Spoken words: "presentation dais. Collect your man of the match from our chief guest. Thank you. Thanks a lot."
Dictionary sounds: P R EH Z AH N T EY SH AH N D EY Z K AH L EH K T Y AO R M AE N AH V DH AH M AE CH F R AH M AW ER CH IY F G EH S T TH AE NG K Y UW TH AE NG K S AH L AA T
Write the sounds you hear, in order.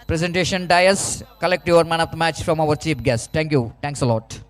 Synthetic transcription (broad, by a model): P R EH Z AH N T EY SH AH N D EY S K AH L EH K T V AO R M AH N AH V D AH M AE CH F R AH M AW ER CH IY P G EH S T T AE NG K Y UW T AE NG K S AH L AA T